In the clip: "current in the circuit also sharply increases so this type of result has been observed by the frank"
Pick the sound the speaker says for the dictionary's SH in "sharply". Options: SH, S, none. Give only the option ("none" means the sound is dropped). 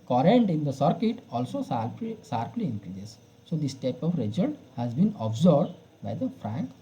S